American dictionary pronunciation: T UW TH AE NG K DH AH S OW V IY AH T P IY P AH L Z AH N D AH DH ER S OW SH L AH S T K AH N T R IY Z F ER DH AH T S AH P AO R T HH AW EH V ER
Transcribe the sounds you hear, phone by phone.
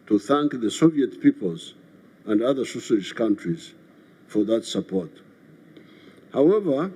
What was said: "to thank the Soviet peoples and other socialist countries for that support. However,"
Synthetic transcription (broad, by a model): T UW TH AE NG K DH AH S OW V IY AH T P IY P AH L Z AH N D AH DH ER S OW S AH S K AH N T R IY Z F ER DH AH T S AH P AO R T HH AW EH V ER